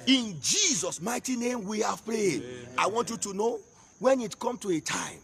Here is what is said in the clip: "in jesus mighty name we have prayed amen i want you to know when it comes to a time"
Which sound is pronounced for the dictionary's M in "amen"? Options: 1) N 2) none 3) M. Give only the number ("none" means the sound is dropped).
2